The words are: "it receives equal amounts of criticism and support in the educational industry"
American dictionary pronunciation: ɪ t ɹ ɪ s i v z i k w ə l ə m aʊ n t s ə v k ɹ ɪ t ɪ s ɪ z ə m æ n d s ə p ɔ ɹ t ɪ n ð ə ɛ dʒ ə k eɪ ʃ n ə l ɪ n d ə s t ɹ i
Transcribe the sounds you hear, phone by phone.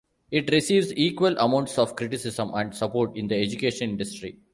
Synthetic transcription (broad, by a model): ɪ t ɹ ɪ s i v z i k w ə l ə m aʊ n t s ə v k ɹ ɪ t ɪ s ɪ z ə m æ n d s ə p ɔ ɹ t ɪ n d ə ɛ dʒ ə k eɪ ʃ ə n ɪ n d ə s t ɹ i